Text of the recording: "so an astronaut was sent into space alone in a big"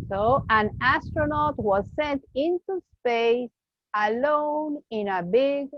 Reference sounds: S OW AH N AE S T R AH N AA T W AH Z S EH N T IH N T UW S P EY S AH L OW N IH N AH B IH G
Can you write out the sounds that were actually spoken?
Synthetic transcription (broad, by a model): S OW AH N AE S T R AH N AA T W AH Z S EH N T IH N T UW S P EY S AH L OW N IH N AH B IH G